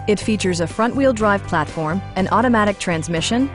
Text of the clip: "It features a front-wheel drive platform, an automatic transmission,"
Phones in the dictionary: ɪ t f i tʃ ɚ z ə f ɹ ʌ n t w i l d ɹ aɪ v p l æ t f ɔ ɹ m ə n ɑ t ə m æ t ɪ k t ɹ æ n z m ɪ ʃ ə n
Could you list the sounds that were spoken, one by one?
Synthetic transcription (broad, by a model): ɪ t f i tʃ ɚ z ə f ɹ ʌ n t w i l d ɹ aɪ v p l æ t f ɔ ɹ m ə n ɑ t ə m æ t ɪ k t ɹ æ n z m ɪ ʃ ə n